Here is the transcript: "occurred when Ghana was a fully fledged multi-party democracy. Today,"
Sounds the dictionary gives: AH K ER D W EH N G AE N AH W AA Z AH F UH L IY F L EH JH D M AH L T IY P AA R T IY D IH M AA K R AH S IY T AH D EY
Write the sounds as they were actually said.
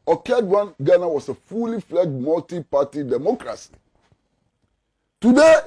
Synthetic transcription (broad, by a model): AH K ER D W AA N G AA N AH W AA S AH F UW L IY F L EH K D M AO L T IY P AA T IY D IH M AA K R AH S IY T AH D EY